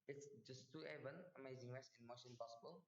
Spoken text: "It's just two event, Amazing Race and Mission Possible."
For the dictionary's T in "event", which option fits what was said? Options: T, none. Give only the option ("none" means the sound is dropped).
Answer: none